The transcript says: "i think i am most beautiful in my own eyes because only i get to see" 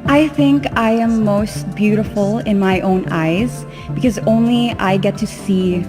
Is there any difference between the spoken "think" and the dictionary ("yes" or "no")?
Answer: no